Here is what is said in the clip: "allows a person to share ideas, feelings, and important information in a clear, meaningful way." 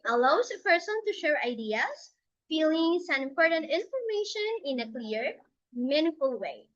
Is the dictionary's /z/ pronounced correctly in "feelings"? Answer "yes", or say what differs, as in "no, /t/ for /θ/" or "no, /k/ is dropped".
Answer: no, /s/ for /z/